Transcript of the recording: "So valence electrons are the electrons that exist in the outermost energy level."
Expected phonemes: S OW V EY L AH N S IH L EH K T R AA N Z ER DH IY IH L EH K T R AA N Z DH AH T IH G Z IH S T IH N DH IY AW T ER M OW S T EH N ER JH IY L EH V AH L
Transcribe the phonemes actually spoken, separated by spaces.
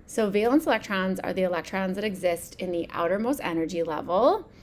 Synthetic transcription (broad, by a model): S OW V EY L AH N S IH L EH K T R AA N Z ER DH IY IH L EH K T R AA N Z DH AH T IH G Z IH S T IH N DH IY AW T ER M OW S T EH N ER JH IY L EH V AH L